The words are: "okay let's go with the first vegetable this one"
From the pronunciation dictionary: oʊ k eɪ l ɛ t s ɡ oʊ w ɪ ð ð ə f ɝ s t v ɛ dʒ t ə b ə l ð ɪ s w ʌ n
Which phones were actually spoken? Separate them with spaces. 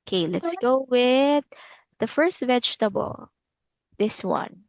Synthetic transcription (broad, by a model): k eɪ l ɛ t s ɡ oʊ w ɪ ð ð ə f ɝ s t v ɛ dʒ t ə b ə l ð ɪ s w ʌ n